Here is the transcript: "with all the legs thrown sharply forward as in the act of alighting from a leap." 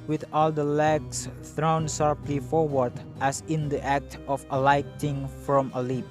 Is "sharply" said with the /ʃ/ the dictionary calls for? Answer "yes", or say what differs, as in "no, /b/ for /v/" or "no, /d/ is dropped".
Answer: no, /s/ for /ʃ/